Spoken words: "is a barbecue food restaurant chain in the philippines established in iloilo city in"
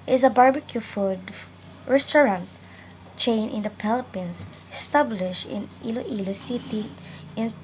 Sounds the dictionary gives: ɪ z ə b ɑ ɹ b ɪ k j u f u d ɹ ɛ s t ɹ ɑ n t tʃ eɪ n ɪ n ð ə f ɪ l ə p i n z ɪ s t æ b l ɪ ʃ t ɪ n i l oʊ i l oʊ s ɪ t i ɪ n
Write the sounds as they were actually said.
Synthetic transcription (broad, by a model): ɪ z ə b ɑ ɹ b ɪ k j u f u d ɹ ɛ s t ɹ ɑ n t tʃ eɪ n ɪ n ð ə p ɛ l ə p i n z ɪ s t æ b l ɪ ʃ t ɪ n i l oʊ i l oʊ s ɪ t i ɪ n